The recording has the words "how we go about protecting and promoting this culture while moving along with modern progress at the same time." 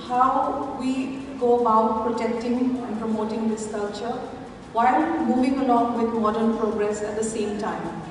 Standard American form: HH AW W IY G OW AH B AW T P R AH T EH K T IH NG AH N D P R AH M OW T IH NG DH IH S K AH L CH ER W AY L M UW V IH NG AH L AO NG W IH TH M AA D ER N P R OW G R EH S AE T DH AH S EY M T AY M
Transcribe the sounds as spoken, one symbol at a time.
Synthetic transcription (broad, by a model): HH AW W IY G OW AH B AW T P R AH T EH K T IH NG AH N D P R AH M OW T IH NG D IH S K AH L CH ER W AY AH M UW V IH NG AH L AO NG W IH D M AA D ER N P R OW G R EH S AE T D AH S EY M T AY M